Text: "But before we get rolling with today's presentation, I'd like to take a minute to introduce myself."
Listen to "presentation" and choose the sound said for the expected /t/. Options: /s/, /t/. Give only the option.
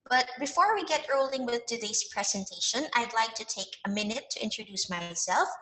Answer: /t/